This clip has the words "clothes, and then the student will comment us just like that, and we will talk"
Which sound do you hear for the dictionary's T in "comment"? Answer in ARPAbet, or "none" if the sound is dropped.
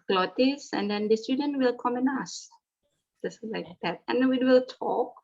none